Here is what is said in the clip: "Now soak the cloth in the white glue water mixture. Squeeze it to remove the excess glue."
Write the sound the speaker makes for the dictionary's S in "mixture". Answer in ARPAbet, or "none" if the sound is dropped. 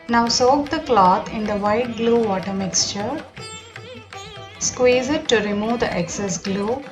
S